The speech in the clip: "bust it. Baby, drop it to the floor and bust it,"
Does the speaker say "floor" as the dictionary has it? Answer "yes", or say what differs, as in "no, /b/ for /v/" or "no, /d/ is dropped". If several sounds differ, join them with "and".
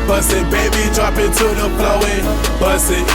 no, /p/ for /f/ and /w/ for /ɹ/